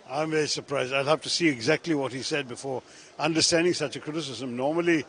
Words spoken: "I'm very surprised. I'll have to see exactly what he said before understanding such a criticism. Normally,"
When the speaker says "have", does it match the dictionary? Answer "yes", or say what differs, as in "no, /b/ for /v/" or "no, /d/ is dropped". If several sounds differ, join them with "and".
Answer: no, /f/ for /v/